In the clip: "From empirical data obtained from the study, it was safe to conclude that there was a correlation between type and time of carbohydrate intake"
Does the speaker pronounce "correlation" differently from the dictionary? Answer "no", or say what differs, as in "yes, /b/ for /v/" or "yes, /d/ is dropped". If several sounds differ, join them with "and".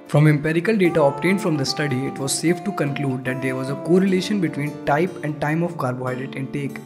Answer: no